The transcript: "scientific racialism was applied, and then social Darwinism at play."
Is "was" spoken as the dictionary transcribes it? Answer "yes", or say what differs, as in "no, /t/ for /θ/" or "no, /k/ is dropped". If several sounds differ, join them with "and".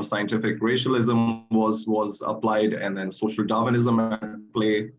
yes